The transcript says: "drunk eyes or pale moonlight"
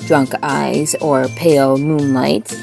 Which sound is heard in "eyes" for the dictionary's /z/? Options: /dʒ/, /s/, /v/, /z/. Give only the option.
/z/